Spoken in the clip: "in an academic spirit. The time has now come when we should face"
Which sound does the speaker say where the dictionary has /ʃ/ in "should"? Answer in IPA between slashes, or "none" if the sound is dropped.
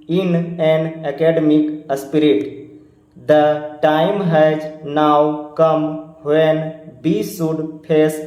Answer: /s/